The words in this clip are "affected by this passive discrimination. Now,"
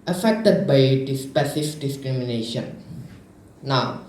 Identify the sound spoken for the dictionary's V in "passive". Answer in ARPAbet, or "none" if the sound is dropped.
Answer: F